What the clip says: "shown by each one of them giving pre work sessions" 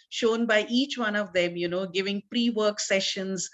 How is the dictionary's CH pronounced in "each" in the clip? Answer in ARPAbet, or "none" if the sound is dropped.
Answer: CH